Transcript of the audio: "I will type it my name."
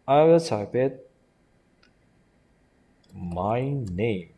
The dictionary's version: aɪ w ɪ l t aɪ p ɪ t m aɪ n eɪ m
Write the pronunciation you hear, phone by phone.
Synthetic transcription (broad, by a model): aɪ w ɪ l s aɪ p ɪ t m aɪ n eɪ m